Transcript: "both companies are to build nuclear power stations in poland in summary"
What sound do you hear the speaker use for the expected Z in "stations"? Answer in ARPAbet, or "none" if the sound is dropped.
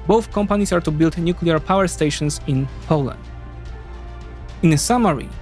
S